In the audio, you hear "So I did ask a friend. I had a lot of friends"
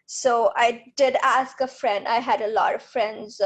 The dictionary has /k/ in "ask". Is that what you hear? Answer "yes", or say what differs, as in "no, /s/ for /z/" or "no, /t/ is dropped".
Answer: yes